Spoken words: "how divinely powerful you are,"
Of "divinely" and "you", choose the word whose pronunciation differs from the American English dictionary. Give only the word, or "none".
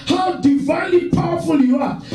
none